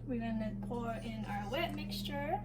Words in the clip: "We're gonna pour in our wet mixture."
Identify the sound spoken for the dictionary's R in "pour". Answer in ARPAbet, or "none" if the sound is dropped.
R